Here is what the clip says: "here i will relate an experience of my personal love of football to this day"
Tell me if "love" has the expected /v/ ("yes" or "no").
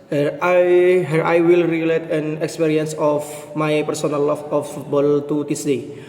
no